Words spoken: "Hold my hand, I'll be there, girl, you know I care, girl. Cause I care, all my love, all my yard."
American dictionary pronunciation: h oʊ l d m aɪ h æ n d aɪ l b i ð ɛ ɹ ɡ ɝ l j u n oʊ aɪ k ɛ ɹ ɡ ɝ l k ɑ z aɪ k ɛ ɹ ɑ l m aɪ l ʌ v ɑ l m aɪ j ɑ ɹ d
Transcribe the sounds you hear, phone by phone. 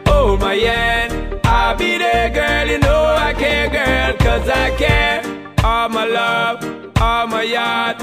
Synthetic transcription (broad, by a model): oʊ m aɪ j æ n aɪ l b i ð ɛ ɡ ɝ l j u n oʊ aɪ k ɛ ɡ ɝ l k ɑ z aɪ k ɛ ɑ m aɪ l ʌ v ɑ m aɪ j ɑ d